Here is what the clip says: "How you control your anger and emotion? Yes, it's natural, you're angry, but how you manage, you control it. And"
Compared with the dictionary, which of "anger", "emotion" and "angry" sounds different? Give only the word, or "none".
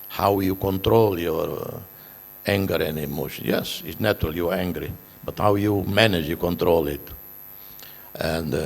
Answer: none